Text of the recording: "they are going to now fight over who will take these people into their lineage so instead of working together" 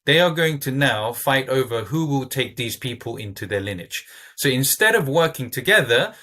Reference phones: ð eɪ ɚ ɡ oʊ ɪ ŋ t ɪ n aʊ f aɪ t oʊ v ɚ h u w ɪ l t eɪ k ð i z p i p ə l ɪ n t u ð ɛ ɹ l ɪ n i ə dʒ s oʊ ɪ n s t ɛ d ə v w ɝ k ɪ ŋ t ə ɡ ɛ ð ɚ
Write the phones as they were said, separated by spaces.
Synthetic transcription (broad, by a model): ð eɪ ɚ ɡ oʊ ɪ ŋ t ɪ n aʊ f aɪ t oʊ v ɚ h u w ɪ l t eɪ k ð i z p i p ə l ɪ n t u ð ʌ ɹ l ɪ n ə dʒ s oʊ ɪ n s t ɛ d ə v w ɝ k ɪ ŋ t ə ɡ ɛ ð ɚ